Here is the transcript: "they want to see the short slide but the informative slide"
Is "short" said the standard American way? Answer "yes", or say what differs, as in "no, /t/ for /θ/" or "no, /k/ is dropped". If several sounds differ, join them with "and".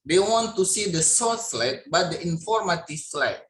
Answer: no, /s/ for /ʃ/